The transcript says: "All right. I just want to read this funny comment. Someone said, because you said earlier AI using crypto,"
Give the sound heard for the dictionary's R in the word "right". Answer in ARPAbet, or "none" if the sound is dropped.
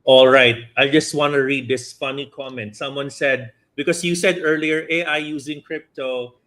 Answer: R